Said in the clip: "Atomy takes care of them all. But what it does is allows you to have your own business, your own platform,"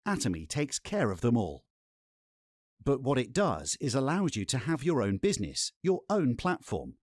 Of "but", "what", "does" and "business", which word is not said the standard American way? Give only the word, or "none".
none